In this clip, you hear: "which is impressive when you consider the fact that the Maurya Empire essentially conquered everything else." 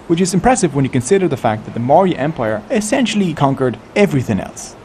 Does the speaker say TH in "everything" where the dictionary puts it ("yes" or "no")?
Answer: yes